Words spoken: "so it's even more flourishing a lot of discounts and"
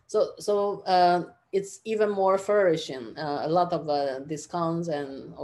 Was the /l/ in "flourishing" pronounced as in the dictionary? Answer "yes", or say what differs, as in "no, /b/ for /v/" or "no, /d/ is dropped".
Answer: no, /l/ is dropped